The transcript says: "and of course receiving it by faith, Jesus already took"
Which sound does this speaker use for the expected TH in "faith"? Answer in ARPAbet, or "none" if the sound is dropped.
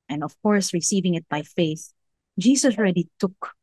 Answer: TH